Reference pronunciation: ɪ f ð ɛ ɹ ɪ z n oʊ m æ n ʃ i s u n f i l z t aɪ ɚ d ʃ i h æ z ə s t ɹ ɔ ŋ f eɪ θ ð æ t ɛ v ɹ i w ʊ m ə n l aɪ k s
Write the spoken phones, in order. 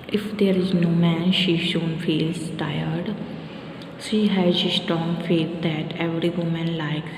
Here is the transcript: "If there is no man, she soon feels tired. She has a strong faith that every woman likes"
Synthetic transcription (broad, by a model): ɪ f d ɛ ɹ ɪ z n oʊ m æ n ʃ i ʃ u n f i l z t aɪ ɚ d ʃ i h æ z ə s t ɹ ɔ ŋ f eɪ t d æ t ɛ v ɹ i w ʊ m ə n l aɪ k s